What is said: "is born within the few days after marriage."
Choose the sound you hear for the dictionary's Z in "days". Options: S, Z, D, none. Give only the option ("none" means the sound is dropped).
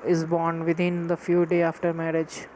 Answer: none